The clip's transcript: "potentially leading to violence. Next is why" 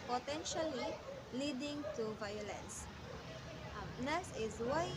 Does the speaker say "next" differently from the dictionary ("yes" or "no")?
yes